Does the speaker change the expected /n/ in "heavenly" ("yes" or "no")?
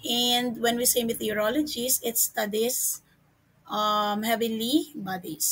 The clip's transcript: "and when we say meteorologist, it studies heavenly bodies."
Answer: yes